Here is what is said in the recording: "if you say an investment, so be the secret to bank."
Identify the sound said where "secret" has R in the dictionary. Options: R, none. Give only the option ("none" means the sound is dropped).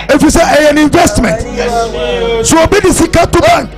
none